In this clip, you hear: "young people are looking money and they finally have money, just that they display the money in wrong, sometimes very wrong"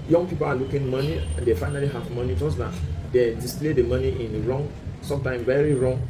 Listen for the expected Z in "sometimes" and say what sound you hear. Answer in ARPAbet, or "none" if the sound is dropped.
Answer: none